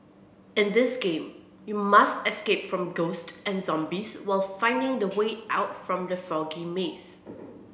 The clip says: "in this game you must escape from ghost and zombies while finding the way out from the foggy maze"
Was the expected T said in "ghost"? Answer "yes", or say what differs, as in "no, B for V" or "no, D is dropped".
yes